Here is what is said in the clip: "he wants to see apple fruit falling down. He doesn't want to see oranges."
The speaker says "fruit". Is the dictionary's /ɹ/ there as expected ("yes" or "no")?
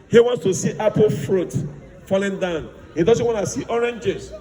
yes